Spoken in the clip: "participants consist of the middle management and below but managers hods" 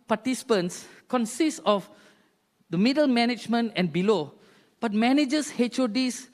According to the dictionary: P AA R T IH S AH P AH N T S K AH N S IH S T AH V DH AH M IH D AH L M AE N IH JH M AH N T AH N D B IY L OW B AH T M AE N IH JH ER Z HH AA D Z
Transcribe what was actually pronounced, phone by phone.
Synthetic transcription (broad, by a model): P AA T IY S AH P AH N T S K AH N S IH S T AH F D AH M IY D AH L M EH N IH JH M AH N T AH N B IY L OW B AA T M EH N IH JH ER S HH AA D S